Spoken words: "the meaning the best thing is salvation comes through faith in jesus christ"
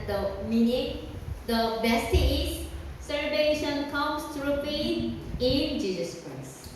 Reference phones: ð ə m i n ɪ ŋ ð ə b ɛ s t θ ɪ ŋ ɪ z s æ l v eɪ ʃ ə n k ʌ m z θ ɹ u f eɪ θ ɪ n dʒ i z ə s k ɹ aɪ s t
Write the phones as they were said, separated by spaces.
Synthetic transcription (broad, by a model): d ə m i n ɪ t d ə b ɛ s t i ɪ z s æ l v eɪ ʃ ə n k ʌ m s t ɹ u p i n ɪ n dʒ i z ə s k ɹ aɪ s